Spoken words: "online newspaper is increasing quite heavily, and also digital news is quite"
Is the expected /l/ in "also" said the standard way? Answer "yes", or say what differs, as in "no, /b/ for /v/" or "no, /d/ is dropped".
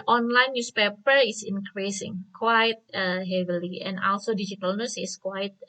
yes